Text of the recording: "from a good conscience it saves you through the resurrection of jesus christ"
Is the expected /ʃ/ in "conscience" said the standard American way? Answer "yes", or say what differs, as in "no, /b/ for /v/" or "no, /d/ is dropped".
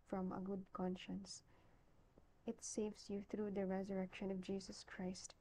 yes